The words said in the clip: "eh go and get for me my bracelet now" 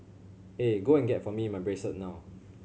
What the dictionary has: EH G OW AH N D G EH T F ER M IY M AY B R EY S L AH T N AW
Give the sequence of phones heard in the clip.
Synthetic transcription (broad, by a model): EH G OW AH N G EH T F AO M IY M AY B R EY S AH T N AW